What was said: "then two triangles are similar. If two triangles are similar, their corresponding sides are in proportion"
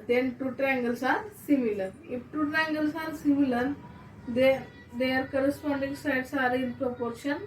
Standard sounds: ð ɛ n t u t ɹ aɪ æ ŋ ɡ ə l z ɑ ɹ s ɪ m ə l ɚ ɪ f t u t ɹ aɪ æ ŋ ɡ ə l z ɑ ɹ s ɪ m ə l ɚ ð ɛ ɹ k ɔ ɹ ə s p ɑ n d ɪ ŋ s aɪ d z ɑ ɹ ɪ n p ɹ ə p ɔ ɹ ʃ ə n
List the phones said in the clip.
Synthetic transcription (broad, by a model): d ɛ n t u t ɹ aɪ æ ŋ ɡ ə l s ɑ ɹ s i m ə l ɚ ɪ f t u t ɹ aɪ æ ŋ ɡ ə l s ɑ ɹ s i m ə l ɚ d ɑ ɹ k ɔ ɹ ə s p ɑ n d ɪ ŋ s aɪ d s ɑ ɹ ɪ n p ɹ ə p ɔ ɹ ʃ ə n